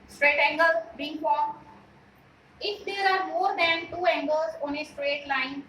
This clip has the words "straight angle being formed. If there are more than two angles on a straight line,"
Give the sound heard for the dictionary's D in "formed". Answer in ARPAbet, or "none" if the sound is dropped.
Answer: none